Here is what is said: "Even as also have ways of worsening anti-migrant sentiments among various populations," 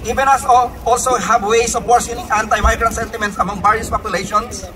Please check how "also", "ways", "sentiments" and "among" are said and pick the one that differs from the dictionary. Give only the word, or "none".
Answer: ways